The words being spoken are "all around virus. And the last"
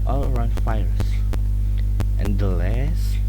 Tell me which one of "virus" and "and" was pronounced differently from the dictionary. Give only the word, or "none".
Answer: virus